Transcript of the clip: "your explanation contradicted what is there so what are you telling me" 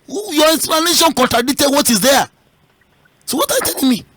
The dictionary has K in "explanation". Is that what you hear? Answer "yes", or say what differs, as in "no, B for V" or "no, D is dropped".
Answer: no, K is dropped